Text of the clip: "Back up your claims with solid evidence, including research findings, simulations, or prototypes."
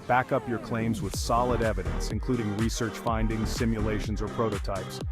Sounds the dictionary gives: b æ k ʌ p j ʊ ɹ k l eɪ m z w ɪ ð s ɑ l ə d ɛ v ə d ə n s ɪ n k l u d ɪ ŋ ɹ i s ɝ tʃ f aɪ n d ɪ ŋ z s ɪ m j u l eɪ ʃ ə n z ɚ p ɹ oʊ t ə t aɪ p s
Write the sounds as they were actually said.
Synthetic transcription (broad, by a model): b æ k ʌ p j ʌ ɹ k l eɪ m z w ɪ ð s ɑ l ə d ɛ v ə d ə n s ɪ n k l u d ɪ ŋ ɹ i s ɝ tʃ f aɪ n d ɪ ŋ z s ɪ m j u l eɪ ʃ ə n z ɚ p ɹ oʊ t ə t aɪ p s